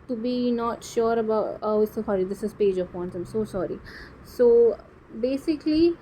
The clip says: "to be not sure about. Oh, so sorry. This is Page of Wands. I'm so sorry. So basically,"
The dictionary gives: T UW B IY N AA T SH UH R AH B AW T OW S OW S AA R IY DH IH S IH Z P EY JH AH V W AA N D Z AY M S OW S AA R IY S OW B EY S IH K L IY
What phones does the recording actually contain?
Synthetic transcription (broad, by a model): T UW B IY N AA T SH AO R AH B AW T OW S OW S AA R IY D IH S IH Z P EY JH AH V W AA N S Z AY M S OW S AA R IY S OW B EY S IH K L IY